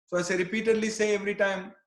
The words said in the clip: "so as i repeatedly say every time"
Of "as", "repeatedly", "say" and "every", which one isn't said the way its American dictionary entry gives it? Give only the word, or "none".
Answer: as